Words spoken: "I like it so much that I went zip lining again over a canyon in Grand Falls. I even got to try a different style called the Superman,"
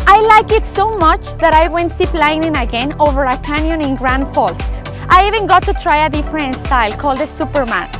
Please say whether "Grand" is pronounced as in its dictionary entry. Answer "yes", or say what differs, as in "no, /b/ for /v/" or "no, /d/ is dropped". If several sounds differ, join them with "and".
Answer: yes